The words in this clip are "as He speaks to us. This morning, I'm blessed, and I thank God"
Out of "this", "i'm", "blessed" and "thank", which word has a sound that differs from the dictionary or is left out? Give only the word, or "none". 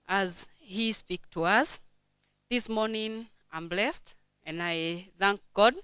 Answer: none